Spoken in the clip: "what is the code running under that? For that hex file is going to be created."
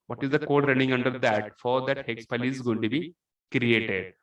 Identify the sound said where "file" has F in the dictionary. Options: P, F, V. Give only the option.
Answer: P